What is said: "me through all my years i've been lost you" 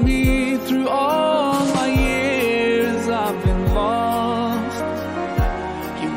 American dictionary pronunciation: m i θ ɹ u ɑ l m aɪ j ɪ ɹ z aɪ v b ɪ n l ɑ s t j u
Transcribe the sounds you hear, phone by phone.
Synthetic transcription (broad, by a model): m i θ ɹ u ɑ l m aɪ j ɪ ɹ z aɪ v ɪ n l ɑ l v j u